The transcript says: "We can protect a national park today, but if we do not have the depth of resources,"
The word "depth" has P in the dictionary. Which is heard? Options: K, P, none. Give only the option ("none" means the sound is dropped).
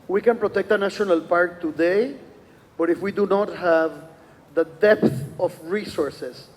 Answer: P